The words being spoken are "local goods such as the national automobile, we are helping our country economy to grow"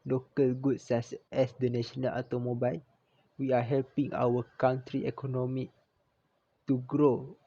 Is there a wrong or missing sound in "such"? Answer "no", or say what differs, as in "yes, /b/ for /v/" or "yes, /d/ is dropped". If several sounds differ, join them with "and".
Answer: yes, /s/ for /tʃ/